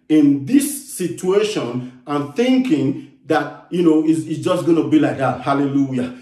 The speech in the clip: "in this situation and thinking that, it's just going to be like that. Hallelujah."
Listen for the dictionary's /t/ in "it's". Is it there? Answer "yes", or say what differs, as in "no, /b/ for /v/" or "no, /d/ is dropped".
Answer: no, /s/ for /t/